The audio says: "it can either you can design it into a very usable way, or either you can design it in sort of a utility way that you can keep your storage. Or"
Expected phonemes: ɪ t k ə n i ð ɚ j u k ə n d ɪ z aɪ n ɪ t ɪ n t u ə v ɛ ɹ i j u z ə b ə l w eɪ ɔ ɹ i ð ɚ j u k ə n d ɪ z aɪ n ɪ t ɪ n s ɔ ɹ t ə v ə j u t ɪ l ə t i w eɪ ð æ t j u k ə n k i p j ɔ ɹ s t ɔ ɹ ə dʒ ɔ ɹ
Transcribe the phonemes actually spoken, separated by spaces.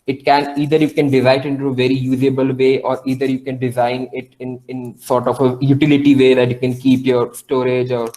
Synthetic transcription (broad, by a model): ɪ t k ə n i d ɚ j u k ə n d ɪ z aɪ ɪ t ɪ n t u ə v ɛ ɹ i j u z ə b ə l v eɪ ɔ ɹ i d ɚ j u k ə n d ɪ z aɪ n ɪ t ɪ n s ɔ ɹ t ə f ə j u t ɪ l ə t i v eɪ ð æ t j u k ə n k i p j ɔ ɹ s t ɔ ɹ ə dʒ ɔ ɹ